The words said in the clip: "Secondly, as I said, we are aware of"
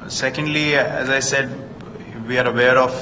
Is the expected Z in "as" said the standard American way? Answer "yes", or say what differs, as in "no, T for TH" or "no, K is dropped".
yes